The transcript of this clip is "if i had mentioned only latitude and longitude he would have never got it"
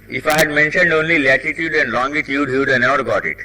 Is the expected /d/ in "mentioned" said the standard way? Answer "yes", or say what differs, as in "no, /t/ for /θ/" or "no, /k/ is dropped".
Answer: yes